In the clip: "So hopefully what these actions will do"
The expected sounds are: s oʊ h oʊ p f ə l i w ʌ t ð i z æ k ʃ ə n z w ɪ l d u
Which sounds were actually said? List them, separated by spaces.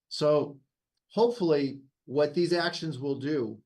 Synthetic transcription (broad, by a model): s oʊ h oʊ p f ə l i w ʌ t ð i z æ k ʃ ə n z w ɪ l d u